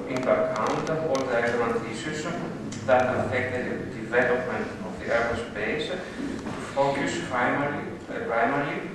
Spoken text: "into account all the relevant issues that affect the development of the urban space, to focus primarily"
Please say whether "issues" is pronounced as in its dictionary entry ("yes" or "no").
no